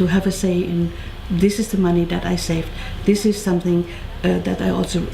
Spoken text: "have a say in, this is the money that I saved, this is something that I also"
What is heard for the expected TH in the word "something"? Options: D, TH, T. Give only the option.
TH